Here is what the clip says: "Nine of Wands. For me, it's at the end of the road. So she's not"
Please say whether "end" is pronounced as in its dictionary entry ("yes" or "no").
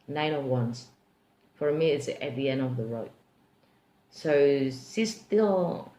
no